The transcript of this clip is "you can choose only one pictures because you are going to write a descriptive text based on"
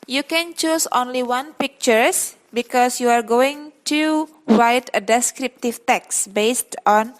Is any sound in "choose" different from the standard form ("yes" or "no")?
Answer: yes